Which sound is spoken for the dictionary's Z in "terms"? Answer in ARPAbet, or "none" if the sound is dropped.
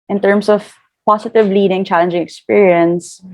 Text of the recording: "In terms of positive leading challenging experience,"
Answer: S